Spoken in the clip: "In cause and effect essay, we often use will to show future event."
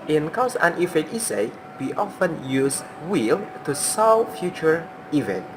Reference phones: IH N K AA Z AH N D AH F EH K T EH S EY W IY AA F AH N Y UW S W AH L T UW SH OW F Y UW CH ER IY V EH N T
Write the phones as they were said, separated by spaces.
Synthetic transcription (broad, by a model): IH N K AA S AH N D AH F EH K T EH S EY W IY AA F AH N Y UW S W AH L T UW S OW F Y UW CH ER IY V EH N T